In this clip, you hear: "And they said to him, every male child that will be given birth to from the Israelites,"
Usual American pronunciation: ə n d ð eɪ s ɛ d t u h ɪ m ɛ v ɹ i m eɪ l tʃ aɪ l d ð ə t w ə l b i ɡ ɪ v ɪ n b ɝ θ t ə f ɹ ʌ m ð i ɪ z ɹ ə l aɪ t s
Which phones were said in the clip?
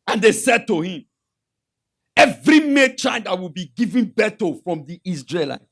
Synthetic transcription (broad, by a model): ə n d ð eɪ s ɛ d t u h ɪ m ɛ v ɹ i m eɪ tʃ aɪ n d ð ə t w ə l b i ɡ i v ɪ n b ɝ t ə f ɹ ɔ m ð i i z ɹ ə l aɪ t